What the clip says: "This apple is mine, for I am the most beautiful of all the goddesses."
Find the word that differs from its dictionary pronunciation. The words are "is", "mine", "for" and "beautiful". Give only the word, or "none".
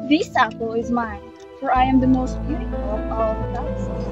none